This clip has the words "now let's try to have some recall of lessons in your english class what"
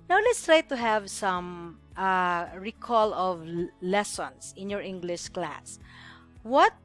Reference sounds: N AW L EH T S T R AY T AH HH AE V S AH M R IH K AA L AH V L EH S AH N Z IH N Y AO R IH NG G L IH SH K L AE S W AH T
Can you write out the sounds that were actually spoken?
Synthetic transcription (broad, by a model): N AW L EH T S T R AY T AH HH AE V S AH M R IH K AA L AH V L EH S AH N S IH N Y AO R IH NG G L IH SH K L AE S W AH T